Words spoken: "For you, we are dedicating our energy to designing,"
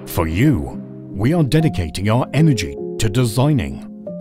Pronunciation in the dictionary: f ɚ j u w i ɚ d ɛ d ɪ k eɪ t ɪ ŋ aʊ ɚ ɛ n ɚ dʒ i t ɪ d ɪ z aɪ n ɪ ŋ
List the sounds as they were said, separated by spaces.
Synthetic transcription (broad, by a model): f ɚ j u w i ɚ d ɛ d ɪ k eɪ t ɪ ŋ aʊ ɚ ɛ n ɚ dʒ i t ɪ d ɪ z aɪ n ɪ ŋ